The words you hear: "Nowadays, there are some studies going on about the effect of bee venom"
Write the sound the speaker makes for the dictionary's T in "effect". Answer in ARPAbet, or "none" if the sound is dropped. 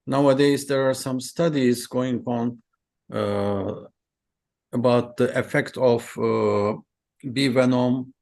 T